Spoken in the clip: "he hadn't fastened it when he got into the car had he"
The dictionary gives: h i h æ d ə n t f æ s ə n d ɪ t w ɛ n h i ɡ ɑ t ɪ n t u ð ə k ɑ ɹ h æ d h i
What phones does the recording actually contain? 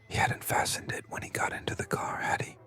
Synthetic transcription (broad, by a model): h i h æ d n t f æ s ə n d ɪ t w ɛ n h i ɡ ɑ t ɪ n t u ð ə k ɑ ɹ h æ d h i